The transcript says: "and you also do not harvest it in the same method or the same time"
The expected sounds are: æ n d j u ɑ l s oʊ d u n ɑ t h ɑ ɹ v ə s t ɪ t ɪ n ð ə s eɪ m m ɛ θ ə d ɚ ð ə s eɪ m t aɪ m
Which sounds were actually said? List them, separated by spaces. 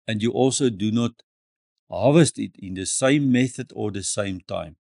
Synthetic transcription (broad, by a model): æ n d j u ɑ l s oʊ d u n ɑ t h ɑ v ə s t ɪ t ɪ n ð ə s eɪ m m ɛ θ ə d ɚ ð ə s eɪ m t aɪ m